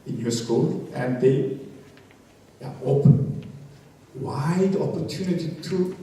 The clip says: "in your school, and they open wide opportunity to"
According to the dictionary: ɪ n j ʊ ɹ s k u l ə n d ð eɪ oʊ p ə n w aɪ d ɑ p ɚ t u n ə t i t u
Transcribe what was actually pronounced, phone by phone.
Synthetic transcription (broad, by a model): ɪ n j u s k u l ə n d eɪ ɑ ə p w aɪ d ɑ p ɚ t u n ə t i t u